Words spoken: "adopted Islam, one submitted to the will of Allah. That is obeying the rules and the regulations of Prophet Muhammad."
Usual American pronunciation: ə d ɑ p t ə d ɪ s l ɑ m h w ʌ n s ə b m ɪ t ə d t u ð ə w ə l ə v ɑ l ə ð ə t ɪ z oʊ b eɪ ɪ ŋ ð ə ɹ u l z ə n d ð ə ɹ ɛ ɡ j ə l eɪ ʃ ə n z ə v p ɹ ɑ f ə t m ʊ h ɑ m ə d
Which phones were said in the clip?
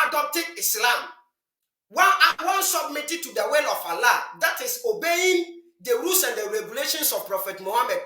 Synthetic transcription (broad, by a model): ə d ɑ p t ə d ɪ s l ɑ m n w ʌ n s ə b m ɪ t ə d t u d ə w ə l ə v ɑ l ə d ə t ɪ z oʊ b eɪ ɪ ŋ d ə ɹ u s ə n d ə ɹ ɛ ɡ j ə l eɪ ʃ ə n s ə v p ɹ ɑ f ə t m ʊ h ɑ m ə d